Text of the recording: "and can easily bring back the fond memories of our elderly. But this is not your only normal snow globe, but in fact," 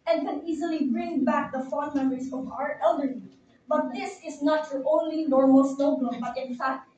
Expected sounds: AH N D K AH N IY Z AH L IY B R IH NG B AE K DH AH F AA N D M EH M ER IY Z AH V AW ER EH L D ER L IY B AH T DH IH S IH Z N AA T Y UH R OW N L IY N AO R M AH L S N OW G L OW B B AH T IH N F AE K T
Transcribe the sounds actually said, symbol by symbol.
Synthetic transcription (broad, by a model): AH N K AH N IY Z AH L IY B R IH NG B AE K DH AH F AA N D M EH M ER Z AH V AW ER EH L D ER IY B AH T DH IH S IH Z N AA T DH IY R OW N L IY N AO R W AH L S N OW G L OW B B AH T IH N F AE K T